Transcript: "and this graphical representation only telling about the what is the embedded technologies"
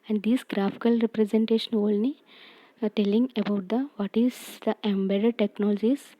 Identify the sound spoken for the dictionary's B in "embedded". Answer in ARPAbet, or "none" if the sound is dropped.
B